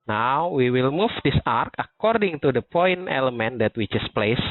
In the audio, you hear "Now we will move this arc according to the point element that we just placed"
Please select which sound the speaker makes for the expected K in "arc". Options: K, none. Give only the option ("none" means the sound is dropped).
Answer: K